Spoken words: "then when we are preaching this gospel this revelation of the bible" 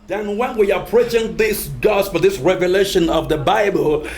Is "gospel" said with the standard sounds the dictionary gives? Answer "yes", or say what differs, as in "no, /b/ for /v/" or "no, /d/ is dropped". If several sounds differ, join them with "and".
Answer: no, /f/ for /p/